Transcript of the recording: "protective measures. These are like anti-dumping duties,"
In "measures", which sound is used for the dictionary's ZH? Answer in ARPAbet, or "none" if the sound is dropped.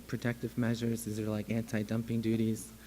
ZH